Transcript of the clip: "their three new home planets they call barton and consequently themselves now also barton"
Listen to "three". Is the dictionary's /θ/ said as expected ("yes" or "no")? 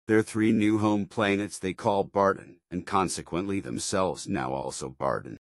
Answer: yes